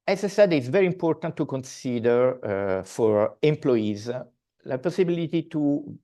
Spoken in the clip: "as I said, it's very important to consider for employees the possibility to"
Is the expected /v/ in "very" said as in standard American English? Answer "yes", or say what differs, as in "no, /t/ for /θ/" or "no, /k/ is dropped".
yes